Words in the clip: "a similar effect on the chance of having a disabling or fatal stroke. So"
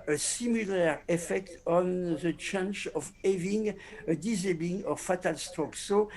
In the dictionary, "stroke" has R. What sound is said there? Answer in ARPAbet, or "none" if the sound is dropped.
none